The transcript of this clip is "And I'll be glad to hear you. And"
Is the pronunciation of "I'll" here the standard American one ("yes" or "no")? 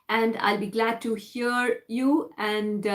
yes